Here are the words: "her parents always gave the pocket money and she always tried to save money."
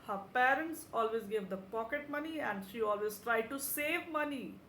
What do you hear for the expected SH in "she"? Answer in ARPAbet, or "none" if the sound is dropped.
SH